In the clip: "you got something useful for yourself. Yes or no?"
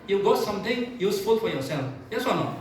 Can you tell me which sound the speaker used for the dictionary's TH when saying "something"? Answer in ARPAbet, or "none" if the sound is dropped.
T